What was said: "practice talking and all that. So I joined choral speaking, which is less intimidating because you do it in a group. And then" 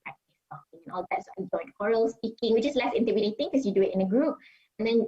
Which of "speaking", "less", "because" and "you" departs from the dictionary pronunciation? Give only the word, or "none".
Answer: because